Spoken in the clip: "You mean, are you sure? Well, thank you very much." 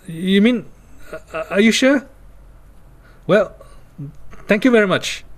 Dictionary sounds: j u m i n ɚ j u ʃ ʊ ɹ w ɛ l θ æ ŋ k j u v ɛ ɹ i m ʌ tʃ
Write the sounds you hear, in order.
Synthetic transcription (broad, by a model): j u m i n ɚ j u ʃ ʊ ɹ w ɛ l t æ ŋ k j u v ɛ ɹ i m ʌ tʃ